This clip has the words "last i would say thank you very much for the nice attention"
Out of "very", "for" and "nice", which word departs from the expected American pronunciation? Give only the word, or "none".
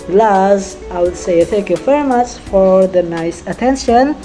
very